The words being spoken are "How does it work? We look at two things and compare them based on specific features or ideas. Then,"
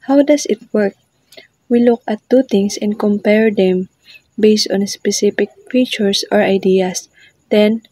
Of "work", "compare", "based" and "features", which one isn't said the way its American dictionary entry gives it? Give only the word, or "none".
features